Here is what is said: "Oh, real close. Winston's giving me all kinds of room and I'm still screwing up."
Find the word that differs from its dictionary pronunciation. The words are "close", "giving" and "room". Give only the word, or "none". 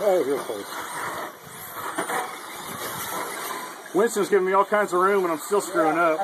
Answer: close